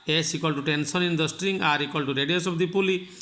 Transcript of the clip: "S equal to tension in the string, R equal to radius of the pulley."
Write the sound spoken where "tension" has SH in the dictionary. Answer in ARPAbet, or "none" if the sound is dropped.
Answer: S